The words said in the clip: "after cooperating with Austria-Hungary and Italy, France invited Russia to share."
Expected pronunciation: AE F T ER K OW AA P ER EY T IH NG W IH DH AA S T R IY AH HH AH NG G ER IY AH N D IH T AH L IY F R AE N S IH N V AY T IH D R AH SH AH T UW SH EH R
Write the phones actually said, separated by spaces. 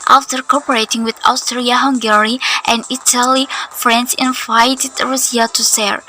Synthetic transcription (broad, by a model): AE F T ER K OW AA P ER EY T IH NG W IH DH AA S T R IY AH HH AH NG G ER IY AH N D IH T AH L IY F R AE N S IH N V AY T IH D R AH S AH T UW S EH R